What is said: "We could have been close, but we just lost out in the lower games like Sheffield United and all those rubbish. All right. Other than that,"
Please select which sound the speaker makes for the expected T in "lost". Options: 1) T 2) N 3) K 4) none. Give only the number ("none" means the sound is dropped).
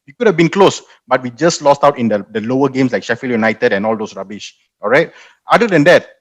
1